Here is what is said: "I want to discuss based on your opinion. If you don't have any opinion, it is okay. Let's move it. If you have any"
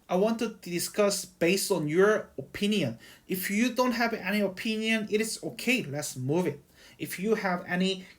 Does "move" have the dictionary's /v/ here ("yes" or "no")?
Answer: yes